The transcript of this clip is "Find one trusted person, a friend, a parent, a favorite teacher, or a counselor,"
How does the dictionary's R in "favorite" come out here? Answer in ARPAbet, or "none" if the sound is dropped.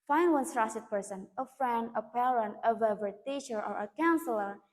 none